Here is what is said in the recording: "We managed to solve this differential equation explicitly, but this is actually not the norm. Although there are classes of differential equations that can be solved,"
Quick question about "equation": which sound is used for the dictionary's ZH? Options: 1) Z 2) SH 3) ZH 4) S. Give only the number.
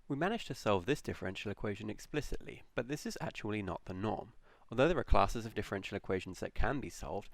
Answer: 3